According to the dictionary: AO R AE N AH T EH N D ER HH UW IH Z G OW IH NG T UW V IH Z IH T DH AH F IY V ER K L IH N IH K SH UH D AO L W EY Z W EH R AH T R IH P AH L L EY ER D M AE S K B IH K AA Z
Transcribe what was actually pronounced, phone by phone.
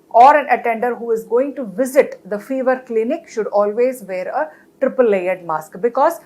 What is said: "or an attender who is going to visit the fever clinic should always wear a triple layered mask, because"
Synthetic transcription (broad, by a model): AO R AE N AH T EH N D ER HH UW IH Z G OW IH NG T UW V IH Z IH T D AH F IY V ER K L IH N IH K SH UH D AO L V EY Z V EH R AH T R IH P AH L L EY ER D M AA S K B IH K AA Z